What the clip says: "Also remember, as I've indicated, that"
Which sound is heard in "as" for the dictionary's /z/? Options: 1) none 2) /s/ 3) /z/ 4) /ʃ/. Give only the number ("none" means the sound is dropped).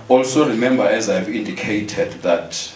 3